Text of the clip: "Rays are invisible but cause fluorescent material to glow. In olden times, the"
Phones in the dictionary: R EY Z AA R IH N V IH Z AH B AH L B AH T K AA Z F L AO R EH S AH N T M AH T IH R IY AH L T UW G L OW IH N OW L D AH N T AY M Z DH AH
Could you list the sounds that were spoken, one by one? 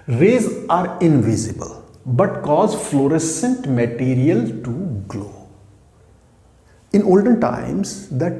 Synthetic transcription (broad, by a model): R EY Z AA R IH N V IH Z AH B AH L B AH T K AA Z F L AO R EH S AH N T M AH T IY R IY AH L T UW G L OW IH N OW L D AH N T AY M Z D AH